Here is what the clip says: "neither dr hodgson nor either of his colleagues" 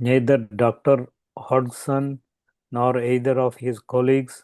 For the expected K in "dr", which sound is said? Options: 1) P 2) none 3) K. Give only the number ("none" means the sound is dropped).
3